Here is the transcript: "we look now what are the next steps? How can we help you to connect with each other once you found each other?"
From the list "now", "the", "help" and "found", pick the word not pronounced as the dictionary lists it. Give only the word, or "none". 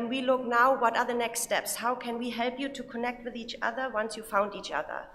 none